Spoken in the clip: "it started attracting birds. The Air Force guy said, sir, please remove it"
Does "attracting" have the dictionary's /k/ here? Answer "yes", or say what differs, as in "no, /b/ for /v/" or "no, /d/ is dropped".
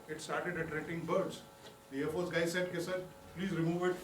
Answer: no, /k/ is dropped